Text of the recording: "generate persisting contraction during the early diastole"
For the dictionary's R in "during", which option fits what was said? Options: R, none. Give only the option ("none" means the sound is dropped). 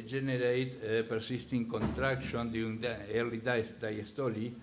none